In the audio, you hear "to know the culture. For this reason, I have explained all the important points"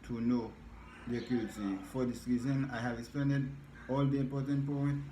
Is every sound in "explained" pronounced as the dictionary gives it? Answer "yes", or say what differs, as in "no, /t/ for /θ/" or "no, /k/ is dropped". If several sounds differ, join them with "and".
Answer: no, /n/ is dropped